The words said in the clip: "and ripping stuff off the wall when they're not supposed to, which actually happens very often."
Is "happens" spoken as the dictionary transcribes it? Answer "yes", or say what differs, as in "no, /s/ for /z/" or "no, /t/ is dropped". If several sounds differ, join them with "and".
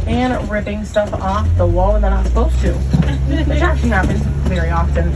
no, /n/ is dropped